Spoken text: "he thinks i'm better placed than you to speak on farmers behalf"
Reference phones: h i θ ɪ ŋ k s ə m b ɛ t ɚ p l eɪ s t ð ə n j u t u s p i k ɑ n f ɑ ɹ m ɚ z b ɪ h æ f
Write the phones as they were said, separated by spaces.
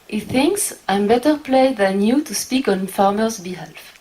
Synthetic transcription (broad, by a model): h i θ ɪ ŋ k s ə m b ɛ t ɚ p l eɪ ð ə n j u t u s p i k ɑ n f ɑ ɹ m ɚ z b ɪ h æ f